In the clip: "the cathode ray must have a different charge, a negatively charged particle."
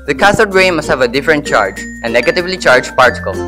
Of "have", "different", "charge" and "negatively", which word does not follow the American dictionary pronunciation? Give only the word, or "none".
none